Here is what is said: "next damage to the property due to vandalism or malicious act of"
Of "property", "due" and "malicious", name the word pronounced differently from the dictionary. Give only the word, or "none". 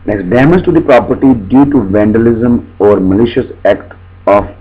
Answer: none